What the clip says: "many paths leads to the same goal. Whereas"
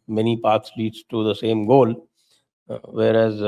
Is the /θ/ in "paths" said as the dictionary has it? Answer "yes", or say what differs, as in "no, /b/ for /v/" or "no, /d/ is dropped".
no, /t/ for /θ/